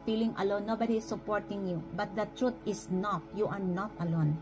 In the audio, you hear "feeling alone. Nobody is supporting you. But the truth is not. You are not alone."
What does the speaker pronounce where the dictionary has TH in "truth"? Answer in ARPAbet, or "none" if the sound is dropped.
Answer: T